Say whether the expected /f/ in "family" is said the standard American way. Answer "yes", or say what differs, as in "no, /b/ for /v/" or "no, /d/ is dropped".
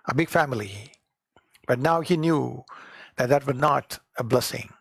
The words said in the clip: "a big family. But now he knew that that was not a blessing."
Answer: yes